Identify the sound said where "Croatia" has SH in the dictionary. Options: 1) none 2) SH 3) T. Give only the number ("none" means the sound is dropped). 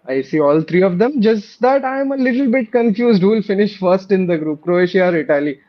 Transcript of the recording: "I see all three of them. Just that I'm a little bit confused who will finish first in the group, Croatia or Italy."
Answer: 2